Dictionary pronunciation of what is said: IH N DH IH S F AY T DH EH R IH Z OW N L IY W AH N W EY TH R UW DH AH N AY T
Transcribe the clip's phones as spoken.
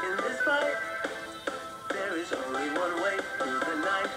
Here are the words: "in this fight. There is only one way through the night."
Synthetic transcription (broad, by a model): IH N DH IH S P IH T DH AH R IH Z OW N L IY W AH N W EY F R DH AH N AY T